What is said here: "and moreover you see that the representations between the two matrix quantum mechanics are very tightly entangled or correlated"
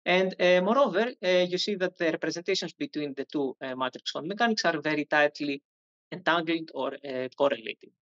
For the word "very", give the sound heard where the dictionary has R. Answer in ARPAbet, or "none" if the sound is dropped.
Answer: R